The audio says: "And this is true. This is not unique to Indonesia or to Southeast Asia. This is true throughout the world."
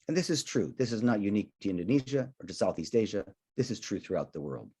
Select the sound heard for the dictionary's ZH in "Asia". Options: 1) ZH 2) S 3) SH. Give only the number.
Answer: 1